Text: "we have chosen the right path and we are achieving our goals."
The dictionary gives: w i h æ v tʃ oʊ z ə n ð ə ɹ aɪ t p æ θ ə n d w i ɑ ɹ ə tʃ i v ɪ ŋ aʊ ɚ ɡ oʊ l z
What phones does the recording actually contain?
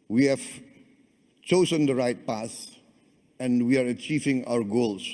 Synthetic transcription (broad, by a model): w i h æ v tʃ oʊ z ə n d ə ɹ aɪ t p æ s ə n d w i ɑ ɹ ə tʃ i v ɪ ŋ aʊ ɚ ɡ oʊ l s